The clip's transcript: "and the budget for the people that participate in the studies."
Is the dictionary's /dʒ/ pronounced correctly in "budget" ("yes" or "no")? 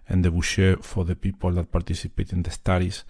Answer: no